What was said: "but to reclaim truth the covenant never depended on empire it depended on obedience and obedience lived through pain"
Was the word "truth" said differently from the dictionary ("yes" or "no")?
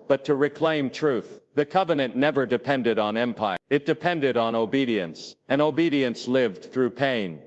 no